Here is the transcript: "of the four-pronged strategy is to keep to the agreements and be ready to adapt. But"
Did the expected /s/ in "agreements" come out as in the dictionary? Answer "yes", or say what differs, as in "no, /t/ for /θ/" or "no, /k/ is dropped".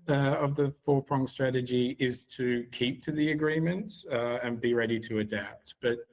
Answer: yes